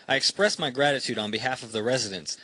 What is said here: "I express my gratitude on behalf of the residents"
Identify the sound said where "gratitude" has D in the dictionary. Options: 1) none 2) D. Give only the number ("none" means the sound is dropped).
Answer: 2